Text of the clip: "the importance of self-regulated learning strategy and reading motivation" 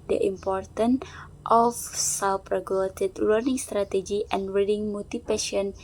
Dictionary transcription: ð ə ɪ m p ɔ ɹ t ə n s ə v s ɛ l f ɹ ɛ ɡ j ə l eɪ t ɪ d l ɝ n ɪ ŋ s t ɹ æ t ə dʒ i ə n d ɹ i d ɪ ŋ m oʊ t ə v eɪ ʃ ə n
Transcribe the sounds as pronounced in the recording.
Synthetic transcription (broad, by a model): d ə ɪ m p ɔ ɹ t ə n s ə f s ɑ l p ɹ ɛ ɡ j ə l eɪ t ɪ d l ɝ n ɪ ŋ s t ɹ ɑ t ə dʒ i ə n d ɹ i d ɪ ŋ m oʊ t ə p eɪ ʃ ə n